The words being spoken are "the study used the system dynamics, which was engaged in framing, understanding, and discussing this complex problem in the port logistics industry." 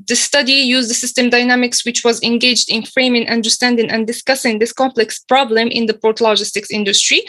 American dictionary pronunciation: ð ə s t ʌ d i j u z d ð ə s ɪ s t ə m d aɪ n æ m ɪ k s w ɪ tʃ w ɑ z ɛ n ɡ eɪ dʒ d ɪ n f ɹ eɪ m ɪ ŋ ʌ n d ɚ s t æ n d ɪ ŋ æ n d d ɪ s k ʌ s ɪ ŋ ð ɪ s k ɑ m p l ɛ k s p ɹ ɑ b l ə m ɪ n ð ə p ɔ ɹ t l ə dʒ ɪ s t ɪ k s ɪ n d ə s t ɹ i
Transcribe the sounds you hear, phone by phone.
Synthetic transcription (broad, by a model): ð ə s t ʌ d i j u z d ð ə s ɪ s t ə m d aɪ n æ m ɪ k s w ɪ tʃ w ɑ z ɛ n ɡ eɪ dʒ d ɪ n f ɹ eɪ m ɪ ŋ ʌ n d ɚ s t æ n d ɪ ŋ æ n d d ɪ s k ʌ s ɪ ŋ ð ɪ s k ɑ m p l ɛ k s p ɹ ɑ b l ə m ɪ n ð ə p ɔ ɹ t l ə dʒ ɪ s t ɪ k s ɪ n d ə s t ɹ i